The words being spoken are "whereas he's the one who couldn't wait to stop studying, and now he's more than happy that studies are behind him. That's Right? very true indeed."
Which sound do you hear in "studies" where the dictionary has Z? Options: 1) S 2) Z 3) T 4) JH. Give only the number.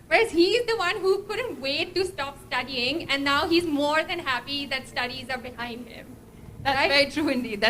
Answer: 2